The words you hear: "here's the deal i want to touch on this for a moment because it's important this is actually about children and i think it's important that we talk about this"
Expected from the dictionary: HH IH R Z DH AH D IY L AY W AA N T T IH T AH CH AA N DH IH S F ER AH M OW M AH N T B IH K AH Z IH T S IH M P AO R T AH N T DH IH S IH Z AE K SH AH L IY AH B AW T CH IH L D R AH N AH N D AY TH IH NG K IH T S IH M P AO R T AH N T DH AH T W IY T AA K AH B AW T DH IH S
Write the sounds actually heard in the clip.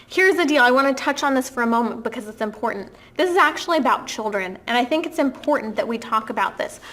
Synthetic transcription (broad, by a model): HH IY R Z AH D IY L AY W AA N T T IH T AH CH N DH IH S F ER AH M OW M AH N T B IH K AH Z IH T S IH M P AO R T N DH IH S IH Z AE K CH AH L IY AH B AW T CH IH L D R AH N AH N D AY TH IH NG K IH T S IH M P AO R T N DH AH T W IY T AA K AH B AW T DH IH S